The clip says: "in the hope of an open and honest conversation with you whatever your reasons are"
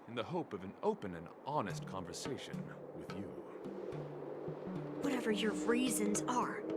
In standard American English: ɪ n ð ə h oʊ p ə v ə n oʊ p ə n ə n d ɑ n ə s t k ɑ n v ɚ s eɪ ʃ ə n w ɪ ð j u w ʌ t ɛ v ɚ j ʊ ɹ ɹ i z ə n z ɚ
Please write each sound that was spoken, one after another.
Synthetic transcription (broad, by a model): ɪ n ð ə h oʊ p ə v ə n oʊ p ə n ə n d ɑ n ə s t k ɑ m v ɚ s eɪ ʃ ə n w ɪ ð j u w ʌ t ɛ v ɚ j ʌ ɹ ɹ i z ə n z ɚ